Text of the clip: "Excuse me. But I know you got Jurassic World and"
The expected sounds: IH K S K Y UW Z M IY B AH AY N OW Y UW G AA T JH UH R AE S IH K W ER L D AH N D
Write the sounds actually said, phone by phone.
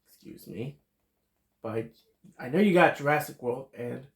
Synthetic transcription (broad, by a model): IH K S K Y UW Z M IY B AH AY N OW Y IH G AA T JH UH R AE S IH K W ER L AH N